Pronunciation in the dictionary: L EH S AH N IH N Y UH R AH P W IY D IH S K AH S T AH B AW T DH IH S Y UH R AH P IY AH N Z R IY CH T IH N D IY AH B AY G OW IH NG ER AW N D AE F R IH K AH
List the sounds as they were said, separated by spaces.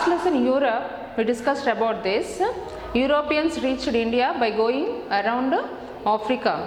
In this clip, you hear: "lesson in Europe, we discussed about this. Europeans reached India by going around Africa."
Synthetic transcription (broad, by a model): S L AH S IH N Y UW R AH P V IY D IH S K AH S T AH B AW T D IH S Y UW R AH P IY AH N S R IY CH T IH N D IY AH B AY G OW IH NG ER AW N D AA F R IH K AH